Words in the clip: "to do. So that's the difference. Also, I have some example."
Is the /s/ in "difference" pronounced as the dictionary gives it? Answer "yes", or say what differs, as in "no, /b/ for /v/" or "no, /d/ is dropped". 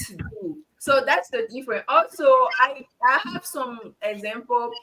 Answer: no, /s/ is dropped